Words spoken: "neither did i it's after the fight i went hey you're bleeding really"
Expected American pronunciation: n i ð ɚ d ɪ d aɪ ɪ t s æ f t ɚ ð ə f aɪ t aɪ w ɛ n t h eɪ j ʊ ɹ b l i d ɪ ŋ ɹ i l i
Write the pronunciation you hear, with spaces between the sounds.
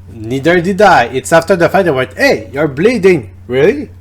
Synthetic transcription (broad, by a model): n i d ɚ d ɪ d aɪ ɪ t s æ f t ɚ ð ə f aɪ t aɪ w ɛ t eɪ j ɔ ɹ b l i d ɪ ŋ ɹ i l i